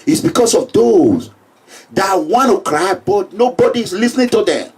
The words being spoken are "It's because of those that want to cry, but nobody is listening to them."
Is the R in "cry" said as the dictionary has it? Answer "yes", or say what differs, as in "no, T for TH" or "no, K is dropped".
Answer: yes